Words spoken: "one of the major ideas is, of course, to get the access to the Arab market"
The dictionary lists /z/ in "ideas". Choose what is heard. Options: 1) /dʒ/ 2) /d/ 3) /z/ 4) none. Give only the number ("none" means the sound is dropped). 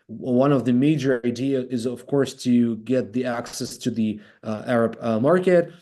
4